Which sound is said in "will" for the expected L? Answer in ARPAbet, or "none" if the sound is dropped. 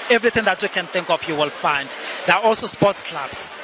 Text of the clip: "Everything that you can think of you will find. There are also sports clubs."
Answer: L